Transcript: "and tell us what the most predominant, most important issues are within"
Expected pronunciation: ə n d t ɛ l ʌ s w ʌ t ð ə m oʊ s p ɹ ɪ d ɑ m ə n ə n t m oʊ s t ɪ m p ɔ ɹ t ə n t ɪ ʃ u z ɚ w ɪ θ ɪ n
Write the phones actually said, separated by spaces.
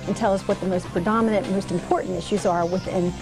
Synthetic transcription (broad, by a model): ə n t ɛ l ʌ s w ʌ t ð ə m oʊ s p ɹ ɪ d ɑ m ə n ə n m oʊ s t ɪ m p ɔ ɹ t n t ɪ ʃ u z ɚ w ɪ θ ɪ n